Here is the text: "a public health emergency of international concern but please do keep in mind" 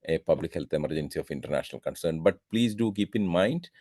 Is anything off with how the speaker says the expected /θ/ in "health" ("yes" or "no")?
yes